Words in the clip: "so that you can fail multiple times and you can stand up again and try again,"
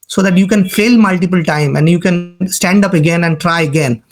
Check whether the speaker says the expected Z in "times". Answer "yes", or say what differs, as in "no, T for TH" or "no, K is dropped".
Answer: no, Z is dropped